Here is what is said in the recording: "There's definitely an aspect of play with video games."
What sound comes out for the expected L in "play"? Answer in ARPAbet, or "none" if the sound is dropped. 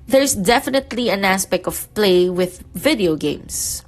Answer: L